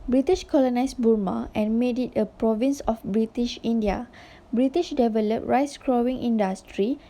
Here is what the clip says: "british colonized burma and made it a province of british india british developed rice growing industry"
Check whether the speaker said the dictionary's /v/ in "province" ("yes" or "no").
yes